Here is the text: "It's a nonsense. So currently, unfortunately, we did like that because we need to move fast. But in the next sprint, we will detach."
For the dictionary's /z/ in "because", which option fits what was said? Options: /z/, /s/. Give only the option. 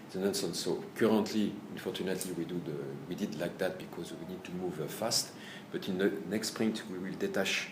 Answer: /z/